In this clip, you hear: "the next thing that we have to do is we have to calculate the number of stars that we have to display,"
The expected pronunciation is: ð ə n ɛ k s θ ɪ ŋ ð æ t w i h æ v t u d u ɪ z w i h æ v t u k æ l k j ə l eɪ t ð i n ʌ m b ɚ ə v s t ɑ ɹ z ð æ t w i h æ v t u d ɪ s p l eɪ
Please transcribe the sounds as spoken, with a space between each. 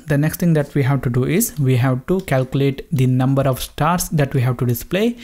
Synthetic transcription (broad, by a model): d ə n ɛ k s t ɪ ŋ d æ t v i h æ v t u d u ɪ z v i h æ v t u k æ l k j ə l eɪ t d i n ʌ m b ɚ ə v s t ɑ ɹ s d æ t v i h æ v t u d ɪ s p l eɪ